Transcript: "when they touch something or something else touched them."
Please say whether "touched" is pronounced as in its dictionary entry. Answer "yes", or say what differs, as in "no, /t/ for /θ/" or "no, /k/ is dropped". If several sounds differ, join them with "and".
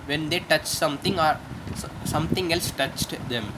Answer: yes